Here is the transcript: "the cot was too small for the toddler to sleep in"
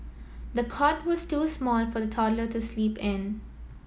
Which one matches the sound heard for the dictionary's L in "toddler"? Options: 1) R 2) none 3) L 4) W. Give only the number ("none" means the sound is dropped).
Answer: 3